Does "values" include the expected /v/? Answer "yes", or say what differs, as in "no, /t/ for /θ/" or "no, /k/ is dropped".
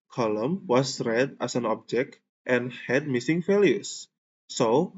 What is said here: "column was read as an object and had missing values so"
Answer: no, /f/ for /v/